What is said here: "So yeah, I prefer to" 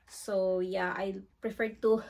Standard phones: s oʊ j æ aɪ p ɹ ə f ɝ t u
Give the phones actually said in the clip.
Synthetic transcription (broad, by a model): s oʊ j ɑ aɪ p ɹ ə f ɝ t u